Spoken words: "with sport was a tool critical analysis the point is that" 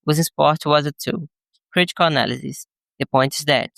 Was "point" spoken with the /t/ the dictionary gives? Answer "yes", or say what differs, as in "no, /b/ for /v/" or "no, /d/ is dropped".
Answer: yes